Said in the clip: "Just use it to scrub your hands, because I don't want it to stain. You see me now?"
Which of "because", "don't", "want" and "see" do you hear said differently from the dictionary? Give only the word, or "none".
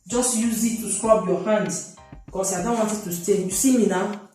because